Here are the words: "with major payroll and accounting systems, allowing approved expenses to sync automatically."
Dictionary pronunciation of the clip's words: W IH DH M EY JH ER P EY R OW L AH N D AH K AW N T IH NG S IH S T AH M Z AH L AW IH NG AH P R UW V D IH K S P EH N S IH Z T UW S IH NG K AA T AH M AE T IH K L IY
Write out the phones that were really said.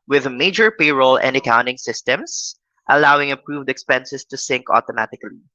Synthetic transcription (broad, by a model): W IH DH M EY JH ER P EY R OW L AH N D AH K AW N T IH NG S IH S T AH M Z AH L AW IH NG AH P R UW V D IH K S P EH N S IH S T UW S IH NG K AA T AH M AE T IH K L IY